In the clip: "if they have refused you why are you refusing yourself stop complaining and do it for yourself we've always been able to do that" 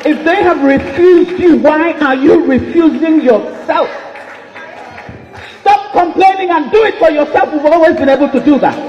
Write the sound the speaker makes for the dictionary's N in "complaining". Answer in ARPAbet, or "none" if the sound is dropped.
N